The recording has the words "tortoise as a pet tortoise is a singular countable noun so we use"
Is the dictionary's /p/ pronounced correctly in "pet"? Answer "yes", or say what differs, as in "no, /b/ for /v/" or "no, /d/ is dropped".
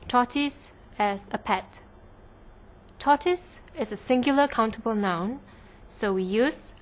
yes